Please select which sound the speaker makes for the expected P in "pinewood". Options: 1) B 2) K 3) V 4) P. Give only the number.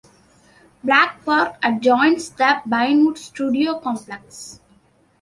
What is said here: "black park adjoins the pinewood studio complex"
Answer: 1